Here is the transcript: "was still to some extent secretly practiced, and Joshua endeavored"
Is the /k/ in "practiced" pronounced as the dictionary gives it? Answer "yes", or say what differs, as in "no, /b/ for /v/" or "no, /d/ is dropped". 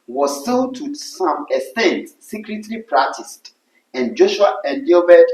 no, /k/ is dropped